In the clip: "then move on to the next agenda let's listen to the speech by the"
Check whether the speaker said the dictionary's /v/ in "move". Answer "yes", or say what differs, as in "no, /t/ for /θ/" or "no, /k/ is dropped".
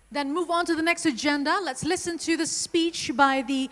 yes